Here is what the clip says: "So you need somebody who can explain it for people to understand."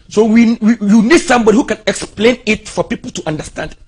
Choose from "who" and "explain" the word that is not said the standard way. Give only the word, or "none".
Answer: none